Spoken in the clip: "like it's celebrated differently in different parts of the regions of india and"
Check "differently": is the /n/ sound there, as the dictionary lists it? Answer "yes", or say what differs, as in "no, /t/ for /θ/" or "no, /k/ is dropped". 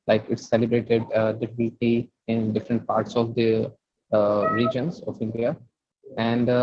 no, /l/ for /n/